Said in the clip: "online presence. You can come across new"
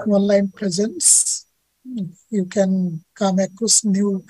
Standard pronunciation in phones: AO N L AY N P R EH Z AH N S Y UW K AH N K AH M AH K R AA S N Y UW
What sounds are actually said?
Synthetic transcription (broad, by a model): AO N L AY N P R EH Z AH N S Y UW K AH N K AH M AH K AA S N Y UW